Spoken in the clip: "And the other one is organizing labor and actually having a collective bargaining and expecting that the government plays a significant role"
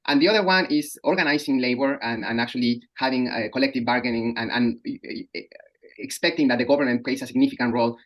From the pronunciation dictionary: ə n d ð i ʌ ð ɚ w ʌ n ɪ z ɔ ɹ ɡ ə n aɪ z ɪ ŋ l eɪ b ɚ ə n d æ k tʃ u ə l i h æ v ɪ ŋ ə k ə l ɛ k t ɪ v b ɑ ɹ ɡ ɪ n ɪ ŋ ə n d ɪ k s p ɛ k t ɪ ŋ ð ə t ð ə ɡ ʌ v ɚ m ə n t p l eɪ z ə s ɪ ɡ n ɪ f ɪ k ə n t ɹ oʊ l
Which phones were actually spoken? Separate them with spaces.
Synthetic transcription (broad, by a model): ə n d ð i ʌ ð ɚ w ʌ n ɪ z ɔ ɹ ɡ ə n aɪ s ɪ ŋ l eɪ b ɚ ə n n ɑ k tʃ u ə l i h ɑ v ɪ ŋ ə k ə l ɛ k t ɪ v b ɑ ɹ ɡ ɪ n ɪ ŋ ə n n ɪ k s p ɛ k t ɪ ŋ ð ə t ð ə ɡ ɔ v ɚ m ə n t p l eɪ s ə s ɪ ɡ n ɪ f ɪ k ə n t ɹ oʊ l